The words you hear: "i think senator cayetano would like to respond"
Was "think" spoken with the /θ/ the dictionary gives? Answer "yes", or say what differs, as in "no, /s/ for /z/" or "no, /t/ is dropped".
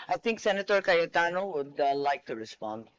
no, /t/ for /θ/